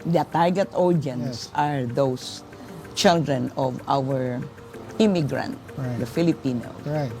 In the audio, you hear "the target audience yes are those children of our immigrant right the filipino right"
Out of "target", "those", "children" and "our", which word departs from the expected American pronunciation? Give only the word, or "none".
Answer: those